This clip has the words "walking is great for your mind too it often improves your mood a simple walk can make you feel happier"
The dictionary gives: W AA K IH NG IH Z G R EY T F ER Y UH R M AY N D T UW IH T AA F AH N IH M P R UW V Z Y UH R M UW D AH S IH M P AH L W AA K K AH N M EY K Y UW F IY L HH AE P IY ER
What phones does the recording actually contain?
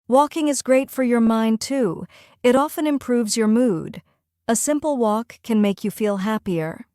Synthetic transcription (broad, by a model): W AA K IH NG IH Z G R EY T F ER Y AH R M AY N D T UW IH T AA F AH N IH M P R UW V Z Y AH R M UW D AH S IH M P L W AA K K AH N M EY K Y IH F IY L HH AE P IY ER